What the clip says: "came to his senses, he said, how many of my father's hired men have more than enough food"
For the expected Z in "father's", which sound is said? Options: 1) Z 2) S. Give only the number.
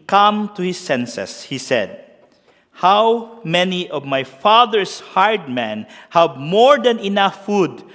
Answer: 2